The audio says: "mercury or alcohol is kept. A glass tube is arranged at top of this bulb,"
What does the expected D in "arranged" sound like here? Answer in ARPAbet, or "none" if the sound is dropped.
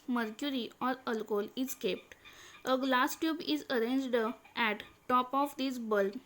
D